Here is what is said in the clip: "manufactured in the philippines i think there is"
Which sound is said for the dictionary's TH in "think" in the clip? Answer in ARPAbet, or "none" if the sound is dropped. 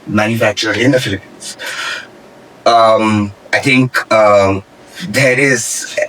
T